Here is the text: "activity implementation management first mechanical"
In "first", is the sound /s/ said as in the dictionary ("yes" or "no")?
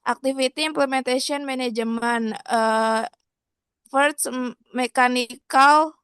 no